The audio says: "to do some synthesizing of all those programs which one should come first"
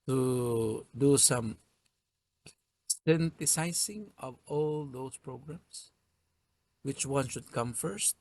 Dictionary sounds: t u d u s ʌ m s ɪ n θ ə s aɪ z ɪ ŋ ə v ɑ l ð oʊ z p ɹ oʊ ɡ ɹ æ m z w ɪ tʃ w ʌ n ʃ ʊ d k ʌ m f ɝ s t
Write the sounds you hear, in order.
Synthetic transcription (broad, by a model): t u d u s ʌ m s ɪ n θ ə s aɪ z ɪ ŋ ə v ɑ l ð oʊ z p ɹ oʊ ɡ ɹ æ m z w ɪ tʃ w ʌ n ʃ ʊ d k ʌ m f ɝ s t